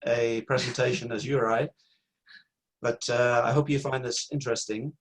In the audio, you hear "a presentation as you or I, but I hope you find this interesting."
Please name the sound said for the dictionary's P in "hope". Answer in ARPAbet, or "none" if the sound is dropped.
P